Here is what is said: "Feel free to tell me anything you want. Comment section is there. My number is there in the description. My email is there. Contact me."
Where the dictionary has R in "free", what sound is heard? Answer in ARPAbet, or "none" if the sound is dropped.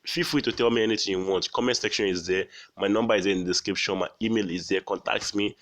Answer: W